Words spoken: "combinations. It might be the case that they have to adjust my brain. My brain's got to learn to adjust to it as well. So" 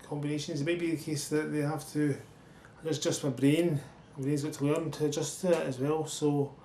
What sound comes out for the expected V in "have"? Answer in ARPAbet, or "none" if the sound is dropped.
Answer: F